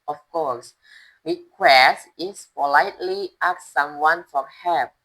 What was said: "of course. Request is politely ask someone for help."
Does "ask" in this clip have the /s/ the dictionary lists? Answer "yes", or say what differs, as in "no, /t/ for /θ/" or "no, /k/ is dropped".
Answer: no, /s/ is dropped